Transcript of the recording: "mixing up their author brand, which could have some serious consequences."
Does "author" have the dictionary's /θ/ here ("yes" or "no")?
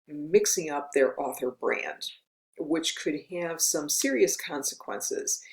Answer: yes